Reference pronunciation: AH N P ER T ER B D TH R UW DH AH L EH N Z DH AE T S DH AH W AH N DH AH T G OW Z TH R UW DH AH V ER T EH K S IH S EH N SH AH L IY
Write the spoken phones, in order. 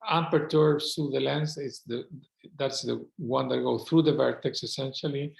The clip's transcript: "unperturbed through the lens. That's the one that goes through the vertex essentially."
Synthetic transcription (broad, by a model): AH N P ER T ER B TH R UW DH AH L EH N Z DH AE T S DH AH W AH N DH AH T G OW TH R UW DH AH V ER T EH K S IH S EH N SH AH L IY